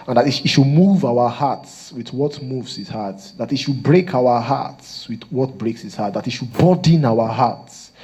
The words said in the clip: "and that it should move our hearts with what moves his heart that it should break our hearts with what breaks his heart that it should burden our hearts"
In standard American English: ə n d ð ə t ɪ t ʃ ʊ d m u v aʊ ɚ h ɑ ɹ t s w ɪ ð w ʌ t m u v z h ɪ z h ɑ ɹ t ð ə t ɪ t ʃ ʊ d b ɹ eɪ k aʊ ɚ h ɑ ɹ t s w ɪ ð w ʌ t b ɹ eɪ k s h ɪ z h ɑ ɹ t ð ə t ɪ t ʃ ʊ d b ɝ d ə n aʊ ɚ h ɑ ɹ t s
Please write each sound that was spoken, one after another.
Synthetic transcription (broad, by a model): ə n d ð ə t ɪ t ʃ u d m u v aʊ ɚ h ɑ t s w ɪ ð w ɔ t m u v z h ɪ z h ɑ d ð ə t ɪ t ʃ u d b ɹ eɪ k aʊ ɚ h ɑ t s w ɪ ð w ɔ t b ɹ eɪ k s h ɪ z h ɑ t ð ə t ɪ t ʃ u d b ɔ d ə n aʊ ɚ h ɑ t s